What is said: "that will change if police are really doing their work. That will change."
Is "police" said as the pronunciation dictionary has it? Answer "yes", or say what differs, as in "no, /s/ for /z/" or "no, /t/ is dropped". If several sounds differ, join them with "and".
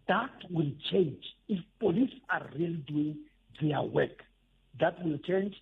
yes